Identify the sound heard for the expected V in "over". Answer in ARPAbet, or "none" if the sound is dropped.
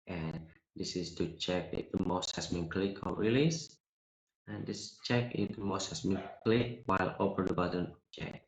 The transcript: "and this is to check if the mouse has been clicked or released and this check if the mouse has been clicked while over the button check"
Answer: P